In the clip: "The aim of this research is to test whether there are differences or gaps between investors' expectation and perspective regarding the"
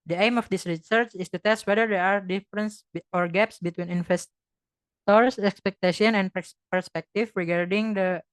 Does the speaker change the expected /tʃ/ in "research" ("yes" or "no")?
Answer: no